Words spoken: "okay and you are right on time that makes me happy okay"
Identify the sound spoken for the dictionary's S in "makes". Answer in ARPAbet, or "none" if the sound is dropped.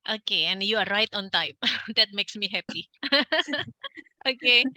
S